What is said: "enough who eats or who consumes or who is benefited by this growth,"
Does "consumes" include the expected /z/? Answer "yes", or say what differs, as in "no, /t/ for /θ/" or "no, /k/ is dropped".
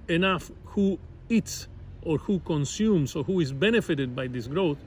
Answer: no, /s/ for /z/